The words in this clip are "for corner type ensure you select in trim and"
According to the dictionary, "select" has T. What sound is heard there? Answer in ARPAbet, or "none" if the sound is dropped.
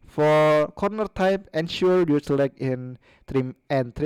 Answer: none